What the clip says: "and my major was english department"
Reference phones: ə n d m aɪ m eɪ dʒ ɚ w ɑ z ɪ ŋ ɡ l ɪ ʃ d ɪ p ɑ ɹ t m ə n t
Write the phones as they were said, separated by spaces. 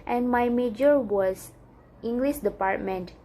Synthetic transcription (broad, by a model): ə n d m aɪ m eɪ dʒ ɚ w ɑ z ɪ ŋ ɡ l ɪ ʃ d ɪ p ɑ ɹ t m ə n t